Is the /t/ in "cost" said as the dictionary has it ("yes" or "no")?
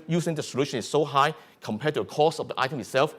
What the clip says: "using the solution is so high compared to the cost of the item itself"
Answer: no